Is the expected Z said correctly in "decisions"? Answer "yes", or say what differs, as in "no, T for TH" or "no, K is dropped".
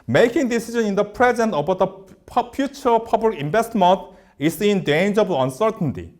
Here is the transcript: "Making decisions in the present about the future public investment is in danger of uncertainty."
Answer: no, Z is dropped